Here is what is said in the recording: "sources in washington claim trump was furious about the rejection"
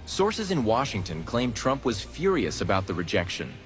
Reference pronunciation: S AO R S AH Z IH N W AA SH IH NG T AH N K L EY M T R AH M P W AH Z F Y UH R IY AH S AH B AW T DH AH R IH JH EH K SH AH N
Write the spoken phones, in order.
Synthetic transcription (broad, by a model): S AO R S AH Z IH N W AA SH IH NG T AH N K L EY M T R AH M P W AH Z F Y UH R IY AH S AH B AW T DH AH R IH JH EH K SH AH N